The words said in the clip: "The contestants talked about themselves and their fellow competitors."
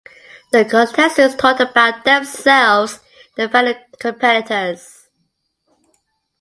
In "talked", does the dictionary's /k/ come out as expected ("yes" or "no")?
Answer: no